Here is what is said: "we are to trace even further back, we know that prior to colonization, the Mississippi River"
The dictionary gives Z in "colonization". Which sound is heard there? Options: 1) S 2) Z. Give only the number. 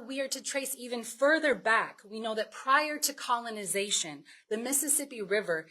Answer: 2